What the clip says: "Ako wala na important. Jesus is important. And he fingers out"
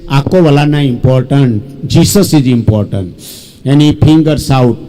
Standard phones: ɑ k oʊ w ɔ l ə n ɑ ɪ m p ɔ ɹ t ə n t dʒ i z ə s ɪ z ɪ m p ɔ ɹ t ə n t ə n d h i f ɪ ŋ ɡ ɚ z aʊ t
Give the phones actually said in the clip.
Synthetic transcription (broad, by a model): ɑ k oʊ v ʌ l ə n ɑ ɪ m p ɔ ɹ t ə n t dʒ i s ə s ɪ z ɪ m p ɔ ɹ t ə n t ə n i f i ŋ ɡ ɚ s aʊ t